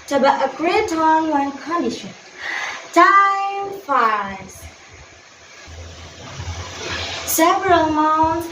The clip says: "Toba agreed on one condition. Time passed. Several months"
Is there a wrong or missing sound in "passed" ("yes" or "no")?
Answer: yes